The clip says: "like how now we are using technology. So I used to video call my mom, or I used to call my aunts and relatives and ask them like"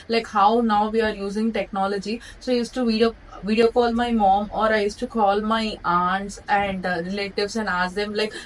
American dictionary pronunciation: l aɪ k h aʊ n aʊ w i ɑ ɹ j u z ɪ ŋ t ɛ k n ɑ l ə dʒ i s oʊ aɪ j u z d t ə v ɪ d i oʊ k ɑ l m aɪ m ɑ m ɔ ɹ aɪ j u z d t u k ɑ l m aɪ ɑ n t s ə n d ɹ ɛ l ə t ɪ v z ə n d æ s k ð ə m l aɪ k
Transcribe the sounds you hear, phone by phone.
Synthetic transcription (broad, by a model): l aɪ k h aʊ n aʊ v i ɑ ɹ j u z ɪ ŋ t ɛ k n ɑ l ə dʒ i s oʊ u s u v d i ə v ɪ d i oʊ k ɑ l m aɪ m ɑ m ɔ ɹ aɪ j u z t u k ɑ l m aɪ ɑ n t s ə n d ɹ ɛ l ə t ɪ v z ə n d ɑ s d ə m l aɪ k